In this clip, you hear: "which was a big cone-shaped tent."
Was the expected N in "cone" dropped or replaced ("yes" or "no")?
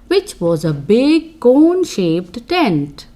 no